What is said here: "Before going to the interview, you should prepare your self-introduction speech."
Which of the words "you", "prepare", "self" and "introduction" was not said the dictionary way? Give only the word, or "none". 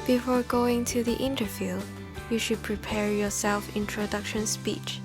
none